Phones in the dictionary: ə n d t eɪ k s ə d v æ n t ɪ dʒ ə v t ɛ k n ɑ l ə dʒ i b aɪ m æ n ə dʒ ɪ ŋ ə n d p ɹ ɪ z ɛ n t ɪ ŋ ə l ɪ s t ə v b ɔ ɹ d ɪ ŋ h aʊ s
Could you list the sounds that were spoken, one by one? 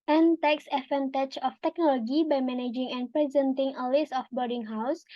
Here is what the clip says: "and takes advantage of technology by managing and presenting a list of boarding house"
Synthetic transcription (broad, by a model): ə n t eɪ k s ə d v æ n t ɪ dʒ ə f t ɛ k n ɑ l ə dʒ i b aɪ m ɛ n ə dʒ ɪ ŋ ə n p ɹ ɪ z ɛ n t ɪ ŋ ə l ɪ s ə f b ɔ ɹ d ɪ ŋ h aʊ s